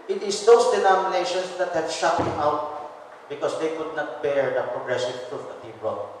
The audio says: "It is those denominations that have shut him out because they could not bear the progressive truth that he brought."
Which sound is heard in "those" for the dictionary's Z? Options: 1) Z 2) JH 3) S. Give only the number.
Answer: 3